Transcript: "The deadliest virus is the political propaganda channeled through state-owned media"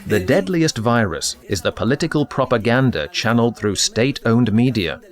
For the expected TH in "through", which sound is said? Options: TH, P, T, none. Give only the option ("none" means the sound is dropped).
TH